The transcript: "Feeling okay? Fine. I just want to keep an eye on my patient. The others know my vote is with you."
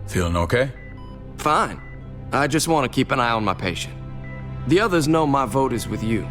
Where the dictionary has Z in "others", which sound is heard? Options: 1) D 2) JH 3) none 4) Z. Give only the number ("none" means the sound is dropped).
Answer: 4